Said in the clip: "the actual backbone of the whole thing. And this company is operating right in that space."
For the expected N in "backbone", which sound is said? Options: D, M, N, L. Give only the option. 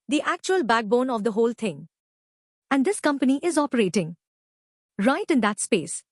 N